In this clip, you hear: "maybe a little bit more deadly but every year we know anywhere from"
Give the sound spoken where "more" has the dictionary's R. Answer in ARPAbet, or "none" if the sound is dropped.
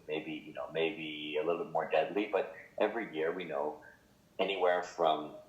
R